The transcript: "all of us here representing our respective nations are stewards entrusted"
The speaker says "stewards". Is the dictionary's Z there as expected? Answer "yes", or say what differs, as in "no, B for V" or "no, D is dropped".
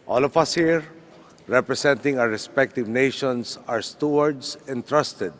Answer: no, S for Z